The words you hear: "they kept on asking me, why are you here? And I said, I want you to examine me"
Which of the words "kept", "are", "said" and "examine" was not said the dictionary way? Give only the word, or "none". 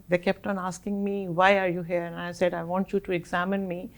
none